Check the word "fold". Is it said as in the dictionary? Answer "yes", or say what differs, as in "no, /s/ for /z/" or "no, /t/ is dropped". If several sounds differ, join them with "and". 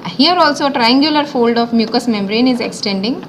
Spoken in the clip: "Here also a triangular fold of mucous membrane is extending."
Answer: yes